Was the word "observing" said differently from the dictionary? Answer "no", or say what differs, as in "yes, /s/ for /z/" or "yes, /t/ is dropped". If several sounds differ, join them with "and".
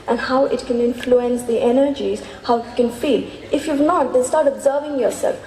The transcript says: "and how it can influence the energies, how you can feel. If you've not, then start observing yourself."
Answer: no